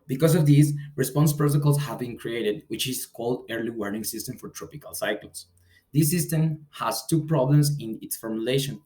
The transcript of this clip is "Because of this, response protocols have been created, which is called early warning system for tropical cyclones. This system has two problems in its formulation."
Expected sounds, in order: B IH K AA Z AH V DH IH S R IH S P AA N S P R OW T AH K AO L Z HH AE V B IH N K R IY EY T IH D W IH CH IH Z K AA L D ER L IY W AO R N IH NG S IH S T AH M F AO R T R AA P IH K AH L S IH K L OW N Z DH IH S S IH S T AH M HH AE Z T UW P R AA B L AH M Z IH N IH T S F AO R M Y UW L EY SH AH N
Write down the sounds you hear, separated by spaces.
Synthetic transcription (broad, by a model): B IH K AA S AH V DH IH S R IH S P AA N S P R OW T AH K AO L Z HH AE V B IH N K R IY EY T IH D W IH CH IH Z K AA L D ER L IY W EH R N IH NG S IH S T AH M F AO R T R AA P IH K AH L S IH K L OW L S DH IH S S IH S T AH M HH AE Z T UW P R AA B L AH M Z IH N IH T S F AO R M Y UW L EY SH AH N